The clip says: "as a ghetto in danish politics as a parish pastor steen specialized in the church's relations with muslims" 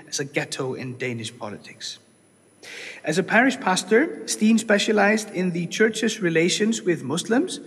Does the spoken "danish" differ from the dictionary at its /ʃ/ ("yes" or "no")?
no